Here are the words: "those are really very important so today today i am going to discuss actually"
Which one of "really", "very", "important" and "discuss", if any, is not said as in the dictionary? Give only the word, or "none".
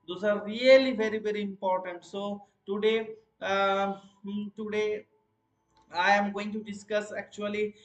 really